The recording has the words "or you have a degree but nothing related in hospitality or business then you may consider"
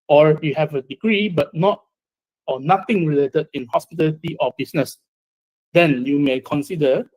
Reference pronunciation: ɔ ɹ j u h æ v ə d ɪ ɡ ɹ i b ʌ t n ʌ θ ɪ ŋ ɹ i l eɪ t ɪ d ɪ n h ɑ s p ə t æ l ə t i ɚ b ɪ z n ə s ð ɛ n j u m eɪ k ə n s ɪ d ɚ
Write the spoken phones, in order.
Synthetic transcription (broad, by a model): ɔ ɹ j u h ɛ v ə d ɪ ɡ ɹ i b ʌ t n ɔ t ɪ ŋ ɹ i l eɪ t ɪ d ɪ n h ɑ s p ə t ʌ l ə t i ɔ b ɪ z n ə s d ɛ n j u m eɪ k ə n s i d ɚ